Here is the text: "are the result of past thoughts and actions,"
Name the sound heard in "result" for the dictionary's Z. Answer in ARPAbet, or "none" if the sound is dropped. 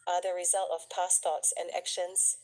Z